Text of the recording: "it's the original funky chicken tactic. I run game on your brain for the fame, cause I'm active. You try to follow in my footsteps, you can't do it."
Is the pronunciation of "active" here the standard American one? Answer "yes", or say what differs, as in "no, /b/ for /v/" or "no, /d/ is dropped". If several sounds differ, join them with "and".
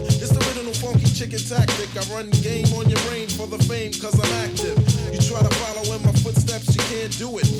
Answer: yes